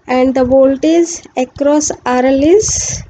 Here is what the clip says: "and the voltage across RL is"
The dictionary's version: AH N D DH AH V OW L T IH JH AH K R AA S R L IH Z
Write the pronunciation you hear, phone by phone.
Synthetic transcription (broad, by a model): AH N D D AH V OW L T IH Z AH K R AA S R L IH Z